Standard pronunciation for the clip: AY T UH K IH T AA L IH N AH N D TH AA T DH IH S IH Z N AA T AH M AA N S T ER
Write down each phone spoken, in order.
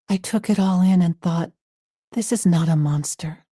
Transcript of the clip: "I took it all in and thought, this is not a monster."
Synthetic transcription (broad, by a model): AY T UH K IH T AA L IH N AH N TH AA T DH IH S IH Z N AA T AH M AA N S T ER